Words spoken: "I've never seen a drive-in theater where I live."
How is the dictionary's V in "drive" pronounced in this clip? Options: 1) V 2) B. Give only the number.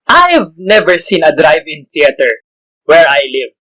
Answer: 1